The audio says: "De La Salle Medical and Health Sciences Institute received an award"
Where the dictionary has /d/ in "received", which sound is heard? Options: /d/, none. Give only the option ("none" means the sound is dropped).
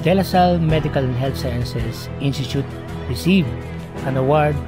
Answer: none